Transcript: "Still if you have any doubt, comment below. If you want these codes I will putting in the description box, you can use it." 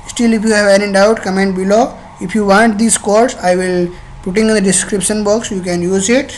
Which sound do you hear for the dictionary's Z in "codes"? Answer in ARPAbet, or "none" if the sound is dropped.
S